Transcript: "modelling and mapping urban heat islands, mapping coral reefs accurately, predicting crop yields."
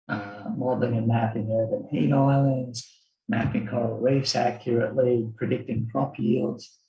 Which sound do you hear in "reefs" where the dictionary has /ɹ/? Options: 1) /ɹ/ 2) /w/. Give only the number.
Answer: 2